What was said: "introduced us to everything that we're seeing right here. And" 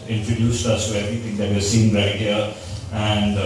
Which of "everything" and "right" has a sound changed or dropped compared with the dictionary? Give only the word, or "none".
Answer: everything